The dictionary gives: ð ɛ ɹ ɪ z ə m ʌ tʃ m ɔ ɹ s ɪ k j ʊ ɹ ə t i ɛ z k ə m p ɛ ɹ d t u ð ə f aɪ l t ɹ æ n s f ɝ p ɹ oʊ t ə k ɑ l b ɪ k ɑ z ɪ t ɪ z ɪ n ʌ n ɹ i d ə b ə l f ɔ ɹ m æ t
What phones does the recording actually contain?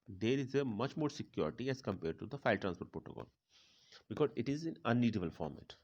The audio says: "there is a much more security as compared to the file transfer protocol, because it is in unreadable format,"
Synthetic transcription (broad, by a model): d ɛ ɹ ɪ z ə m ʌ tʃ m ɔ ɹ s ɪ k j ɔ ɹ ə t i ɛ z k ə m p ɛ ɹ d t u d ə f aɪ l t ɹ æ n s p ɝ p ɹ oʊ t ə k ɑ l b ɪ k ɑ z ɪ t ɪ z ɪ n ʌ n i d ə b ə l f ɔ ɹ m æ t